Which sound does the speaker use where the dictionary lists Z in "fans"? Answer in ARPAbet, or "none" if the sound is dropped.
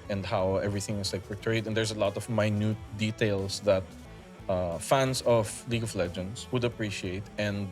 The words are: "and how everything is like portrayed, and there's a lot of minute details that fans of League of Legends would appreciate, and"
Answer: S